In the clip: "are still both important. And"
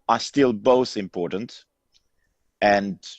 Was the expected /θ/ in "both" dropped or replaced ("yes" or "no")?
no